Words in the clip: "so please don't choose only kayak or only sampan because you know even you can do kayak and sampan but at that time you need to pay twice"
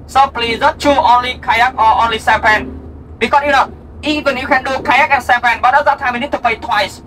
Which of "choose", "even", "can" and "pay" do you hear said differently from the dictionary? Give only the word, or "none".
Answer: choose